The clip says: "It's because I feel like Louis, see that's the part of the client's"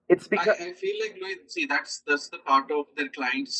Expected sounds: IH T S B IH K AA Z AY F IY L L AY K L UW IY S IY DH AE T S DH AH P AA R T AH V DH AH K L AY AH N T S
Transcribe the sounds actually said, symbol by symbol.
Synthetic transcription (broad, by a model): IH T S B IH AA AY F IY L L AY K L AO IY S IY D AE T S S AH P AA R T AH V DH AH K L AY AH N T S